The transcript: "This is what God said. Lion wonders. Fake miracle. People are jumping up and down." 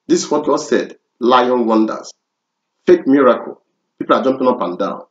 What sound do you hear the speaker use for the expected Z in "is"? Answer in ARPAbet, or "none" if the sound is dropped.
S